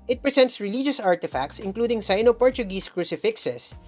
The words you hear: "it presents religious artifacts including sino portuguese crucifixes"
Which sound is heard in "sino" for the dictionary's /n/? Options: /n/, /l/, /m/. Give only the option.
/n/